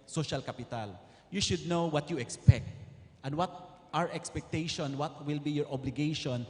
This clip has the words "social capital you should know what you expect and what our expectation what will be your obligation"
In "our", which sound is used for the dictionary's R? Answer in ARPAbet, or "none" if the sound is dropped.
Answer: R